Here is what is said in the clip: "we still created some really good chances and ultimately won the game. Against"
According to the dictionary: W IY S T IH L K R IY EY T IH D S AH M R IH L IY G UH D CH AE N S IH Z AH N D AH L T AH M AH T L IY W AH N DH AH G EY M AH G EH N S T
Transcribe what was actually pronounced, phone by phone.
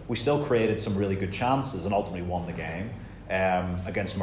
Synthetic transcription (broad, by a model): W IY S T IH L K R IY EY T IH D S AH M R IH L IY G UH D CH AE N S IH Z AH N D AH L T AH M AH T L IY W AH N DH AH G EY M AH G EH N S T